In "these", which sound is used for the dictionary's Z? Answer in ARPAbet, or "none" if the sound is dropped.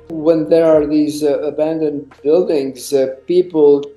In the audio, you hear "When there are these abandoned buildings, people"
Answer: Z